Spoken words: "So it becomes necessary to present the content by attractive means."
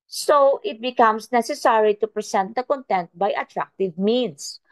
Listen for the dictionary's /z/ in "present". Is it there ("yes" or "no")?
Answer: no